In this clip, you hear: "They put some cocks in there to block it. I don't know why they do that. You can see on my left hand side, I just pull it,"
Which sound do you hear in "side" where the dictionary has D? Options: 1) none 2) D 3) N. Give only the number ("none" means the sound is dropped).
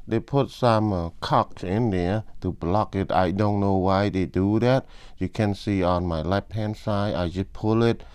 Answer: 1